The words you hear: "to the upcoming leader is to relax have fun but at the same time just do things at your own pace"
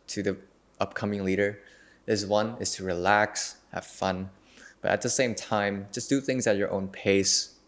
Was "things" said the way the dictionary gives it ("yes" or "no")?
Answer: yes